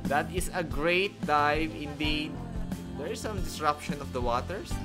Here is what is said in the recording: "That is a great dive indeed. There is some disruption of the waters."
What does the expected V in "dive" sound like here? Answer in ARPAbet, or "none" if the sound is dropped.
V